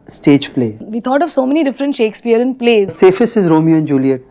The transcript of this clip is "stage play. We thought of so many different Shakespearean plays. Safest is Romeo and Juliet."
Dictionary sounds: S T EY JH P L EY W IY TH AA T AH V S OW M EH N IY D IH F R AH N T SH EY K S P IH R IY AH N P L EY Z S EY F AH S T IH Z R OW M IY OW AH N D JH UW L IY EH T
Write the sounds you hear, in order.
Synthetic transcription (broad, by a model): S T EY JH P L EY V IY T AA T AH V S OW M EH N IY D IH F R AH N T SH EY K S P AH R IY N P L EY Z S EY F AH S IH Z R OW M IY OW AH N D JH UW L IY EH T